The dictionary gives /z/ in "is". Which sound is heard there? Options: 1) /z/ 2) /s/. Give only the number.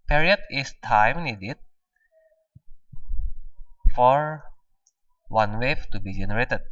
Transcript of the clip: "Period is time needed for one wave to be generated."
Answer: 2